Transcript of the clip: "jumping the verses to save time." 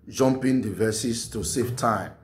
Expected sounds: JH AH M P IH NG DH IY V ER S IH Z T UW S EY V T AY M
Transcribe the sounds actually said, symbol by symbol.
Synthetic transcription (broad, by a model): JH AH M P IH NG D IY V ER S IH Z T UW S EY F T AY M